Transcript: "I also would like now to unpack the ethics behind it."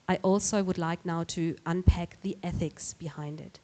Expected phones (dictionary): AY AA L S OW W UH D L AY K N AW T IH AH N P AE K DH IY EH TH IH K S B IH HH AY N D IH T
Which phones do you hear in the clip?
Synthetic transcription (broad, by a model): AY AA L S OW W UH D L AY K N AW T IH AH N P AE K DH IY EH TH IH K S B IH HH AY N D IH T